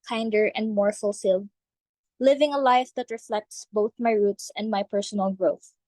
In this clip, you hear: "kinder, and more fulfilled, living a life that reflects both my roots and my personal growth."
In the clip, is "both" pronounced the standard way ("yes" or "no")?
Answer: yes